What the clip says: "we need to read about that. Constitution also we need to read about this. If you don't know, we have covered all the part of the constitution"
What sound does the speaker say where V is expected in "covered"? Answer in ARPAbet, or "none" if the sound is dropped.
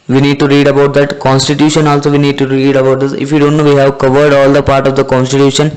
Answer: V